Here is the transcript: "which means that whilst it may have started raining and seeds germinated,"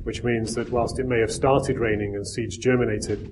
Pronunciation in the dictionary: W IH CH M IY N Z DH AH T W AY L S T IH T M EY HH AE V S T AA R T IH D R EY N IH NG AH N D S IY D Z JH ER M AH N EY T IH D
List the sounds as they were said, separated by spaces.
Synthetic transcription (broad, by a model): W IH CH M IY N Z DH AH T W AY L S T IH T M EY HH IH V S T AA R T IH D R EY N IH NG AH N S IY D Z JH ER M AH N EY T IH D